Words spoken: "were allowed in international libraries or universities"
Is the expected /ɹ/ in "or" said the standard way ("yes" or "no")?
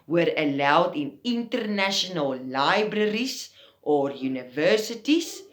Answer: yes